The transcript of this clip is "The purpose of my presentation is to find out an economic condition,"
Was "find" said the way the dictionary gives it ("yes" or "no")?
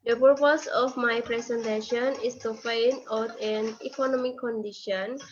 no